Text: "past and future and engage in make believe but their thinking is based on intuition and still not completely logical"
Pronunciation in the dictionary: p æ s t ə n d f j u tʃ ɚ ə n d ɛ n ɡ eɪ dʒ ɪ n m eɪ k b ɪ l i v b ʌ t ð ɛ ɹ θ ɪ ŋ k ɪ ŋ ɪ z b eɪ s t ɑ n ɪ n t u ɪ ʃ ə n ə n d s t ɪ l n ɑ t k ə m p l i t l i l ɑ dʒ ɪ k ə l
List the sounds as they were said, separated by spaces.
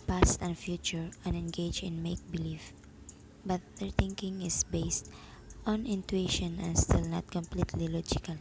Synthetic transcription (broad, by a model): p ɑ s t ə n f j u tʃ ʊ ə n ɛ n ɡ eɪ dʒ ɪ n m eɪ k b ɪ l i f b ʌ t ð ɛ ɹ θ ɪ ŋ k ɪ ŋ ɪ s b eɪ s t ɑ n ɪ n t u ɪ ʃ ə n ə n s t ɪ l n ɑ t k ə m p l i t l i l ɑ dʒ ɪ k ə l